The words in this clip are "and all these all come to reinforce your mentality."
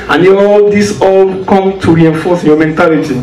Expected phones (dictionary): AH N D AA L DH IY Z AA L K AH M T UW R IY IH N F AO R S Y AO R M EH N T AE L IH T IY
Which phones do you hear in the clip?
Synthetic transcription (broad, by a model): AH N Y AA L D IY S AA L K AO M T UW R IY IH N F AO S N Y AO M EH N T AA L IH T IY